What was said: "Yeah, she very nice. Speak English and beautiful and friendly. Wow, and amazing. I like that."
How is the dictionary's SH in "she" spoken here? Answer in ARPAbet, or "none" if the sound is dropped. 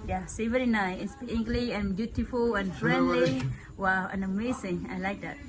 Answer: S